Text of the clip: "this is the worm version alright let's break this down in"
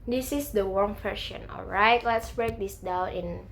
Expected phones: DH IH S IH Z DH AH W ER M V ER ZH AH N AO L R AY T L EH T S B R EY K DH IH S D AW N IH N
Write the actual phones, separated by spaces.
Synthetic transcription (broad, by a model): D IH S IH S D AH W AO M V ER SH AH N AO L R AY T L EH T S B R EY K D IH S D AW N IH N